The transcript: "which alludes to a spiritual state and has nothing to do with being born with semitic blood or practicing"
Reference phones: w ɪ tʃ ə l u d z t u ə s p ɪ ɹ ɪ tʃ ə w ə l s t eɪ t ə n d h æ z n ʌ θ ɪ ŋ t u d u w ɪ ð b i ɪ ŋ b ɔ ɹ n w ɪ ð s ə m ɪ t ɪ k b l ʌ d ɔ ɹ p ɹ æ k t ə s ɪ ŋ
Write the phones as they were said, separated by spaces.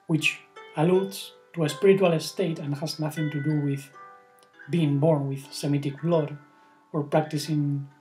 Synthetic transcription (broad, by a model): w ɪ tʃ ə l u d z t u ə s p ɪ ɹ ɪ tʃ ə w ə l s t eɪ t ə n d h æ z n ʌ θ ɪ ŋ t u d u w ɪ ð b i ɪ ŋ b ɔ ɹ n w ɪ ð s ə m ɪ t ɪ k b l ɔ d ɔ ɹ p ɹ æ k t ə s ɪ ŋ